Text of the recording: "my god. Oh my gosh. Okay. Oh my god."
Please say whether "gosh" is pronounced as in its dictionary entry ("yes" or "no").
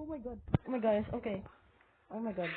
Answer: no